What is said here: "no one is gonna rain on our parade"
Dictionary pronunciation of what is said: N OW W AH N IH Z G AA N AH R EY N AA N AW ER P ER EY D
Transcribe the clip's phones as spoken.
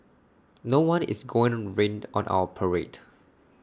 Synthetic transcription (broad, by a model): N OW W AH N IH S G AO AH R EY N AA N AW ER P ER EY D